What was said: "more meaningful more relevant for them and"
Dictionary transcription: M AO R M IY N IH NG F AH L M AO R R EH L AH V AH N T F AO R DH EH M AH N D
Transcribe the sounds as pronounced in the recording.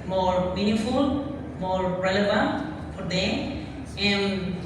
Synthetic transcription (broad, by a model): M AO R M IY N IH F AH L M AO R R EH L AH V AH N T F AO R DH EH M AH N